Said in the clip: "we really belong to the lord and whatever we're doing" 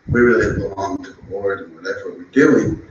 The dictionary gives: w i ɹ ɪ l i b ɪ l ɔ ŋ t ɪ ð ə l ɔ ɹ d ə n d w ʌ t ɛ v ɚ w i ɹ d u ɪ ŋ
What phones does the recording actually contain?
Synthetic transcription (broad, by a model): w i ɹ ɪ l i b ɪ l ɔ ŋ t ɪ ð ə w ɔ ɹ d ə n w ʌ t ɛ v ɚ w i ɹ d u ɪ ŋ